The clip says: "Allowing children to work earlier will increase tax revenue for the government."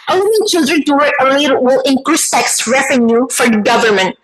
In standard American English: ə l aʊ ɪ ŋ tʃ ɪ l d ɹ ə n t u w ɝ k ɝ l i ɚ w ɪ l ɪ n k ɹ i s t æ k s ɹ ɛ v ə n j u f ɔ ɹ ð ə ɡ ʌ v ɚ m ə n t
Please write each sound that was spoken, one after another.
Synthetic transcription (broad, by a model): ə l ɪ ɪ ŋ tʃ ɪ l d ɹ ə n t u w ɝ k ɝ l i ɚ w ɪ l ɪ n k ɹ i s t æ k s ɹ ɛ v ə n j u f ɔ ɹ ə ɡ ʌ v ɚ m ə n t